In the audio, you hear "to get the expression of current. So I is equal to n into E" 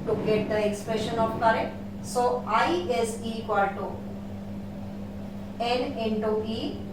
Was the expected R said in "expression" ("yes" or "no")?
yes